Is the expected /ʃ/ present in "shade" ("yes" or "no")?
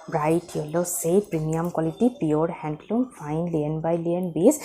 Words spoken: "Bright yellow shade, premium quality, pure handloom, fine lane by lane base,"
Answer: no